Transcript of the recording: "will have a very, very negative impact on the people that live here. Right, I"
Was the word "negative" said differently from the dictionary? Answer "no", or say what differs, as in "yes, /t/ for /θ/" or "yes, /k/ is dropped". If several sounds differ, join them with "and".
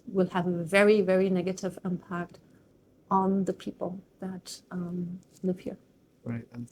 no